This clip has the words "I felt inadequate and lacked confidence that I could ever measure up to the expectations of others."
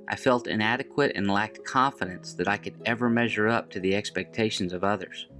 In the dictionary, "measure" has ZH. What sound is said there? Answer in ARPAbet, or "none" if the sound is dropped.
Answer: ZH